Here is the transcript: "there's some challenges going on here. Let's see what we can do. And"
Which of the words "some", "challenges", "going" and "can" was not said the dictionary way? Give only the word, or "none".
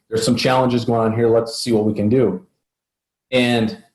none